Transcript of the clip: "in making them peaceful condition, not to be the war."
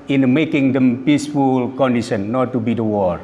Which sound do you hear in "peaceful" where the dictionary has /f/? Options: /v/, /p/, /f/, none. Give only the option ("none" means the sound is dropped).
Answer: /f/